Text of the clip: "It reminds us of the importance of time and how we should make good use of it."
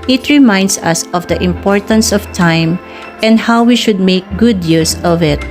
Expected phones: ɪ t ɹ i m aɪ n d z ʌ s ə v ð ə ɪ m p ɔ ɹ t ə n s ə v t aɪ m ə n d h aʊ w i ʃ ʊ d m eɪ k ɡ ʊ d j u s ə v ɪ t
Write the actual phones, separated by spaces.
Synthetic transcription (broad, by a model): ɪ t ɹ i m aɪ n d s ʌ s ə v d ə ɪ m p ɔ ɹ t ə n s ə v t aɪ m ə n d h aʊ w i ʃ ʊ d m eɪ k ɡ ʊ d j u s ə v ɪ t